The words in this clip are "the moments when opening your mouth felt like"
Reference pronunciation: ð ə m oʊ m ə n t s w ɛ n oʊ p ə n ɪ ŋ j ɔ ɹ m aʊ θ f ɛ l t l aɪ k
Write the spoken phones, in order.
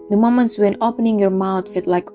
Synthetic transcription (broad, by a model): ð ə m oʊ m ə n t s w ɛ n oʊ p ə n ɪ ŋ j ɔ ɹ m aʊ t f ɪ t l aɪ k